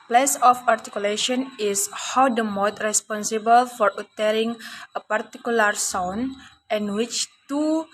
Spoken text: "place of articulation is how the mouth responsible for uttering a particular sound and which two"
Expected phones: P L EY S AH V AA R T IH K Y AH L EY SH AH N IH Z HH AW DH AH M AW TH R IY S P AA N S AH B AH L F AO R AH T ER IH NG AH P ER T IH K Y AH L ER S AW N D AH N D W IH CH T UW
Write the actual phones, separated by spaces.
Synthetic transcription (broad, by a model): P L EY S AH F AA R T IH K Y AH L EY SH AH N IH S HH AW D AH M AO T R IY S P AA N S AH B AH L F AO R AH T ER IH NG AH P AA T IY K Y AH L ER S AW N AH N W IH CH T UW